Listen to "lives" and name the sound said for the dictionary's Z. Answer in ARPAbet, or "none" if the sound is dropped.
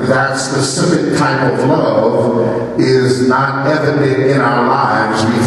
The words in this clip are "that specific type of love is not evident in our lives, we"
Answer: Z